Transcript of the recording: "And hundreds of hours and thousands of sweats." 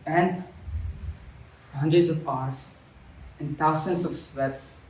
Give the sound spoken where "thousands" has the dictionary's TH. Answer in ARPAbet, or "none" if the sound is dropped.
T